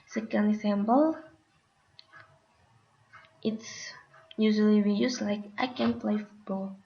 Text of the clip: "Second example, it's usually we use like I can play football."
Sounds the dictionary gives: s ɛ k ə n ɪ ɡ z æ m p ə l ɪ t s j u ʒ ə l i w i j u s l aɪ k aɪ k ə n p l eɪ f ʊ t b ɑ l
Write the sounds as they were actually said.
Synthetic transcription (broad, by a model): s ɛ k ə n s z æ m b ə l ɪ t s j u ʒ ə l i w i j u s l aɪ k aɪ k ə n p l eɪ f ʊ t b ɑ l